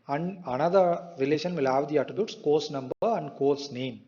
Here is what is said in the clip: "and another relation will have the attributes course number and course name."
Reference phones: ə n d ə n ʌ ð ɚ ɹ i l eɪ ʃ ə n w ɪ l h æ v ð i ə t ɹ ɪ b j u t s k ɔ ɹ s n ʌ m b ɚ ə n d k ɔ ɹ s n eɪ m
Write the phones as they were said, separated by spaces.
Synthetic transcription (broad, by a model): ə n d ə n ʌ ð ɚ ɹ i l eɪ ʃ ə n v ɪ l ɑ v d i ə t ɪ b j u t s k ɔ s n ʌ m b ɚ ə n d k ɔ l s n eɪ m